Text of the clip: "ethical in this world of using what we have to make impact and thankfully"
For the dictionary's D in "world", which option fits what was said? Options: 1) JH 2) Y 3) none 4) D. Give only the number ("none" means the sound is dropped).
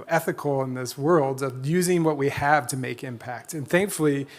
4